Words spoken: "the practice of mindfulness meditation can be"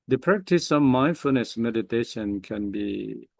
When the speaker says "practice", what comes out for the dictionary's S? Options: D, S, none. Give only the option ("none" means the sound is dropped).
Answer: S